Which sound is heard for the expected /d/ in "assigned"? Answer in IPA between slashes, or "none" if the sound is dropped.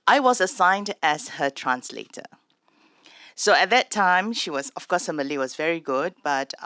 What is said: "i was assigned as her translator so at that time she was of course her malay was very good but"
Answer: /d/